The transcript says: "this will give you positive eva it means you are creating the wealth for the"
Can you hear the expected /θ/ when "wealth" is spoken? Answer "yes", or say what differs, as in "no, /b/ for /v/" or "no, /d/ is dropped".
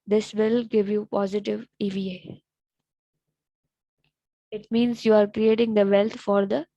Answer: no, /t/ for /θ/